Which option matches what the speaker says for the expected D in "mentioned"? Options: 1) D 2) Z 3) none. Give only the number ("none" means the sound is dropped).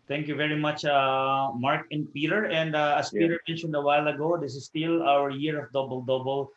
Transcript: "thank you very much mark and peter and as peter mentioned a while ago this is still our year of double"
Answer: 1